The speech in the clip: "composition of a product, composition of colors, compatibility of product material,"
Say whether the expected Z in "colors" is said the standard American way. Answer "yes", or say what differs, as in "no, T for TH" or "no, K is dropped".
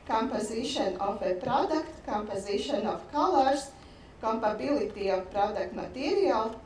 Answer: no, S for Z